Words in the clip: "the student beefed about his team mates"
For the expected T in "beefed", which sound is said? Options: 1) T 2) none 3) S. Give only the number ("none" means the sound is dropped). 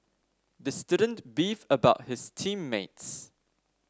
2